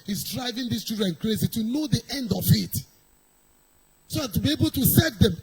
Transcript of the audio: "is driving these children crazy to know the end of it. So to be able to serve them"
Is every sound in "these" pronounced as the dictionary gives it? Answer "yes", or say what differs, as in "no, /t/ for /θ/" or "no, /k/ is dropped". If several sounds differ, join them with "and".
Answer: no, /s/ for /z/